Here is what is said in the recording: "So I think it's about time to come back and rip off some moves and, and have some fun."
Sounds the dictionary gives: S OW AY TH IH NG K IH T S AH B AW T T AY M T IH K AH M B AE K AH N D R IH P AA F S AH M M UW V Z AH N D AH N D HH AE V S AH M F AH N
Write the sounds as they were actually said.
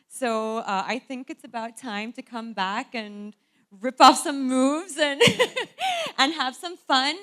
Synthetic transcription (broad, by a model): S OW AY TH IH NG K IH T S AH B AW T T AY M T IH K AH M B AE K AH N R IH P AA F S AH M M UW V Z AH N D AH N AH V S AH M F AH N